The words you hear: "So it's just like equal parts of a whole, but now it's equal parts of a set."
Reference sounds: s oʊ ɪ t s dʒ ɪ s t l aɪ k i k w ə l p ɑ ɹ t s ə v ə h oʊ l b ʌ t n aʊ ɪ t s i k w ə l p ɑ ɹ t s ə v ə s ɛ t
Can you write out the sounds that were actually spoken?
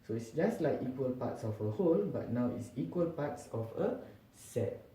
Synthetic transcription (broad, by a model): s oʊ ɪ t s dʒ ɪ s t l aɪ k i k w ə l p ɑ t s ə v ə h oʊ l b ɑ t n aʊ ɪ t s i k w ə l p ɑ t s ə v ə s ɛ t